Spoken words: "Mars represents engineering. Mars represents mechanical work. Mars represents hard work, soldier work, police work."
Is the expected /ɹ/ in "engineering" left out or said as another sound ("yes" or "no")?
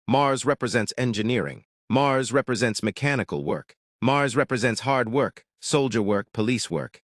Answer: no